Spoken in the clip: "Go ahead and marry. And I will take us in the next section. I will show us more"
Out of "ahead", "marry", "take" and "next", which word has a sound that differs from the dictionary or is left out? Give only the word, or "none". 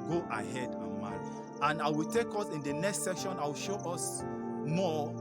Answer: marry